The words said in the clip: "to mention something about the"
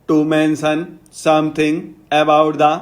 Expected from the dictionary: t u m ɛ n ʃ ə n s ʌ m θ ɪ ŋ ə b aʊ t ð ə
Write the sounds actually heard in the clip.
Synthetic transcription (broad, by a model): t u m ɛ n s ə n s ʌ m t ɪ ŋ ə b aʊ t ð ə